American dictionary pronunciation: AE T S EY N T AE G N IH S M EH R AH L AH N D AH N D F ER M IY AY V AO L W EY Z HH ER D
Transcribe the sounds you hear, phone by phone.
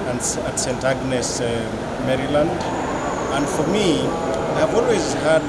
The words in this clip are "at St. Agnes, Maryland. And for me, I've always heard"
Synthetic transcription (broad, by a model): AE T S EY N T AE G N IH S M EH R AH L AH N D AH N D F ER M IY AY V AO L W EY Z HH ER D